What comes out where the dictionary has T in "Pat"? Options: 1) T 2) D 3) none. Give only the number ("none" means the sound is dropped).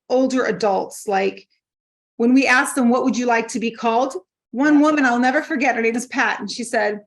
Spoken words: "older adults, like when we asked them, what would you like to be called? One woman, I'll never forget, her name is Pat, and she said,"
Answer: 1